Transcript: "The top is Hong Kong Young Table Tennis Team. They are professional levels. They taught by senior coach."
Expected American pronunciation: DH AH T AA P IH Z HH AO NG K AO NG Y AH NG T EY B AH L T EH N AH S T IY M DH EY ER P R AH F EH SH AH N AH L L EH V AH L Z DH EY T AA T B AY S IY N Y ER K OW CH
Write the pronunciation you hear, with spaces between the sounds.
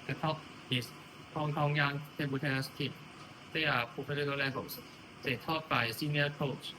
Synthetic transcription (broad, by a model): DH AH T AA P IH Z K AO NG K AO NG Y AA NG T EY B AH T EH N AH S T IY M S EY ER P AH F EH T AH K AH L L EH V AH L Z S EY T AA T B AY S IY N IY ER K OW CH